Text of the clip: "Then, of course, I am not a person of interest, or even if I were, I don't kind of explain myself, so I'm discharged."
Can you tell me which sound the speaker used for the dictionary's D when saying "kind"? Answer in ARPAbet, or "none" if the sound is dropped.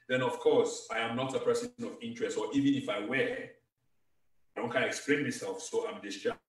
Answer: none